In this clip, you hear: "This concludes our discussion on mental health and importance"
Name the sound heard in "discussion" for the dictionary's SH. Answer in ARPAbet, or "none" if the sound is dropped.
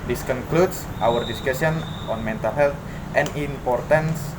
S